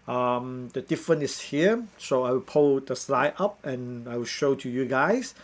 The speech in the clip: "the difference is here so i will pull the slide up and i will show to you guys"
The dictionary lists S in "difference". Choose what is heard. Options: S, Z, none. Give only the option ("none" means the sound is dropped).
none